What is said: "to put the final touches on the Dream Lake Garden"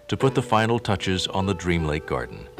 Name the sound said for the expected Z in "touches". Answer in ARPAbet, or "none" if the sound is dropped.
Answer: Z